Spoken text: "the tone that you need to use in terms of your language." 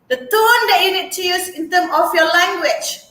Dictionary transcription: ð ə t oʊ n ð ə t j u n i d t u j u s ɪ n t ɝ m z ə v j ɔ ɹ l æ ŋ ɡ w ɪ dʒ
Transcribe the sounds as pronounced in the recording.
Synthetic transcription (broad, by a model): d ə t oʊ n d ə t j u n i d t u j u s ɪ n t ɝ m ə f j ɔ l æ ŋ ɡ w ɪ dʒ